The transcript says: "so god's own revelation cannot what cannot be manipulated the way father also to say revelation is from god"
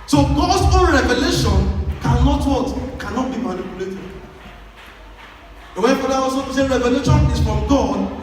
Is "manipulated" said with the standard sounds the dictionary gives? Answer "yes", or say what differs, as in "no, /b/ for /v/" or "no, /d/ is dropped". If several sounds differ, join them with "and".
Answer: no, /l/ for /n/